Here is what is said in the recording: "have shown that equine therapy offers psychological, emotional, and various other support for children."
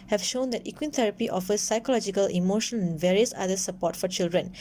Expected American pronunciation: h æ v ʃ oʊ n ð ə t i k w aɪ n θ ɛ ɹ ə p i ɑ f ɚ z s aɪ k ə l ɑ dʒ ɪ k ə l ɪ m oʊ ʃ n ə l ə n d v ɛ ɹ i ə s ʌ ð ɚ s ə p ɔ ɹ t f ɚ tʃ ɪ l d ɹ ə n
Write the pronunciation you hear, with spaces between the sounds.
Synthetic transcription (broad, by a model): h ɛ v ʃ oʊ n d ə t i k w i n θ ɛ ɹ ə p i ɑ f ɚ s aɪ k ə l ɑ dʒ ɪ k ə l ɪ m oʊ ʃ ə n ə n v ɛ ɹ i ə s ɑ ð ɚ s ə p ɔ t f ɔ tʃ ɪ l d ɹ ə n